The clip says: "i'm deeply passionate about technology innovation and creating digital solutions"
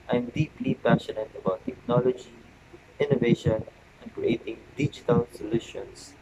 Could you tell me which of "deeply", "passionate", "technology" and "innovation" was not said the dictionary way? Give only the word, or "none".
none